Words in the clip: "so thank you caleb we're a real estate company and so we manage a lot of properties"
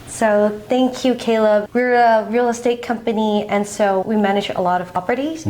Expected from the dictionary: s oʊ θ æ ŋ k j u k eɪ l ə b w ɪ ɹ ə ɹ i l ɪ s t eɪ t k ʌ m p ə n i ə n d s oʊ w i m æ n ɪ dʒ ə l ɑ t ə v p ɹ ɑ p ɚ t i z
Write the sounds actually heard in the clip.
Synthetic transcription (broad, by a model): s oʊ θ æ ŋ k j u k eɪ l ə b w ɪ ɹ ə ɹ i l ɪ s t eɪ t k ʌ m p ə n i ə n s oʊ w i m æ n ɪ dʒ ə l ɑ t ə v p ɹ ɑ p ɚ t i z